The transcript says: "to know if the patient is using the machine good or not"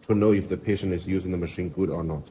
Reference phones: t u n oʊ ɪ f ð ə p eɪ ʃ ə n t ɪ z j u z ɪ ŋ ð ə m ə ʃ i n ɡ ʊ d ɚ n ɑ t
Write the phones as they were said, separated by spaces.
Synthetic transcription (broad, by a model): t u n oʊ ɪ f ð ə p eɪ ʃ ə n t ɪ z j u z ɪ ŋ ð ə m ə ʃ i n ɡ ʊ d ɚ n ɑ t